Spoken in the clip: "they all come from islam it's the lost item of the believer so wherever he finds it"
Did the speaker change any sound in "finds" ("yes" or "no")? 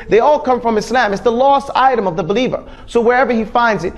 no